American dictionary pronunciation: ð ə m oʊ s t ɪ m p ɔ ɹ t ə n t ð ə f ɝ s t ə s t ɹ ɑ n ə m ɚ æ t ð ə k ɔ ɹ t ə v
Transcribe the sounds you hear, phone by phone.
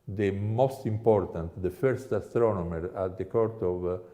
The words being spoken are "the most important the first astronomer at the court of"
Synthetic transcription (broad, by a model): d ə m oʊ s t ɪ m p ɔ ɹ t ə n t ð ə f ɝ s t ə s t ɹ ɑ n ə m ɚ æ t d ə k ɔ ɹ t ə v